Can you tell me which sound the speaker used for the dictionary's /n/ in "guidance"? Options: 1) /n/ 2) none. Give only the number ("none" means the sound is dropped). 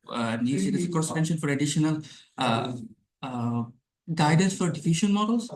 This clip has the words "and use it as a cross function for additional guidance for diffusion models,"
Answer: 1